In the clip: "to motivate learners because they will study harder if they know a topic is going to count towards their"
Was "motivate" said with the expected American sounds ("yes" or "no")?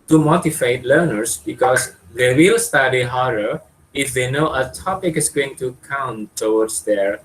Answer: no